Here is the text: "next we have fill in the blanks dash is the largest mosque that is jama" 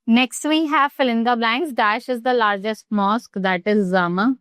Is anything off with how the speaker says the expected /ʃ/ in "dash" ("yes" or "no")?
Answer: no